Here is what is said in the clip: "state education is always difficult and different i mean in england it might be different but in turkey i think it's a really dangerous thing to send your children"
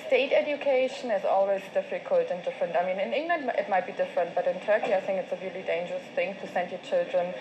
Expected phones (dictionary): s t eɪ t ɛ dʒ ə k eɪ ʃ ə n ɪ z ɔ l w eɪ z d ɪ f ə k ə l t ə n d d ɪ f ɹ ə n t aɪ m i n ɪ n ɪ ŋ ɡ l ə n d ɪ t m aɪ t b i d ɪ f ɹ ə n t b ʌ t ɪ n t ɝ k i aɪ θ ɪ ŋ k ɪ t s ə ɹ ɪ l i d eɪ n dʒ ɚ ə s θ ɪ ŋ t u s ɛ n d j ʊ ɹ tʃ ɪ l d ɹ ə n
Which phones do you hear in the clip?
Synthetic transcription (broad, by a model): s t eɪ t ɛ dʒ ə k eɪ ʃ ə n ɪ z ɔ l w eɪ z d ɪ f ə k ə l t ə n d d ɪ f ɹ ə n t aɪ m i n ɪ n ɪ ŋ ɡ l ə n d ɪ t m aɪ t b i d ɪ f ɹ ə n t b ʌ t ɪ n t ɝ k i aɪ θ ɪ ŋ k ɪ t s ə ɹ ɪ l i d eɪ n dʒ ɚ ə s θ ɪ ŋ t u s ɛ n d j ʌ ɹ tʃ ɪ l d ɹ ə n